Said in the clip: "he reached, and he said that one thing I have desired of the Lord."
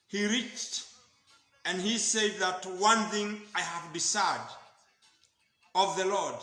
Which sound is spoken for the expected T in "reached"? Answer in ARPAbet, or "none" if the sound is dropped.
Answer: T